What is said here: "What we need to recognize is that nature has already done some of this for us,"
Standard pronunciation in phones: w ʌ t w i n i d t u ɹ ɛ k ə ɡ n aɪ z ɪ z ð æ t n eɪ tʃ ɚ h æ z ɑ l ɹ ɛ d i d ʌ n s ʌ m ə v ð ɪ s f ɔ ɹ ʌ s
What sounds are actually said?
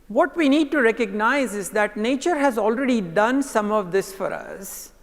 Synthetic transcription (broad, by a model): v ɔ t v i n i d t u ɹ ɛ k ə ɡ n aɪ z ɪ z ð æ t n eɪ tʃ ɚ h æ z ɑ l ɹ ɛ d i d ʌ n s ʌ m ə v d ɪ s f ɔ ɹ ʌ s